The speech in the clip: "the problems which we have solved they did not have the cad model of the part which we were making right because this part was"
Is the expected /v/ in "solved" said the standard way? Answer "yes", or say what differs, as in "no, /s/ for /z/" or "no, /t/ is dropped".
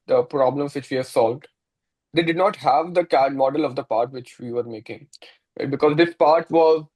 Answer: yes